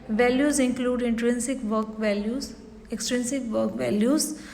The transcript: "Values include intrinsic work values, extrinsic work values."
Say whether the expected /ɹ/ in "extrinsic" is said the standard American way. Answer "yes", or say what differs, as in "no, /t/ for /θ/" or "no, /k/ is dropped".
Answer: yes